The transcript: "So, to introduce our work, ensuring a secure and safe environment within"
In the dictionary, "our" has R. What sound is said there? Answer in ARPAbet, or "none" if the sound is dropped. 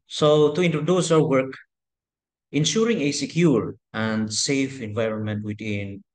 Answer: W